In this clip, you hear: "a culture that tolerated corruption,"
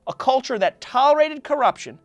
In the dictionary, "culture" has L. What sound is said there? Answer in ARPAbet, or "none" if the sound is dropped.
L